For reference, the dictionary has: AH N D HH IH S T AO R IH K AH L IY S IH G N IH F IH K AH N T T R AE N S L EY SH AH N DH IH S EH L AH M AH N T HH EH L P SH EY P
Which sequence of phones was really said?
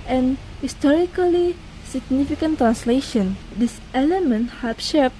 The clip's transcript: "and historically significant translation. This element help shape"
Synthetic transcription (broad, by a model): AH N HH IH S T AO R IH K AH L IY S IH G N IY F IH K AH N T T R AE N S L EY SH AH N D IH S EH L AH M AH N T HH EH P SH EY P